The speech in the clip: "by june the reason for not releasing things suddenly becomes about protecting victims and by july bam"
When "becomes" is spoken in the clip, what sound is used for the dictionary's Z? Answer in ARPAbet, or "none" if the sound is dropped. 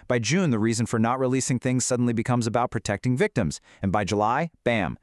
Z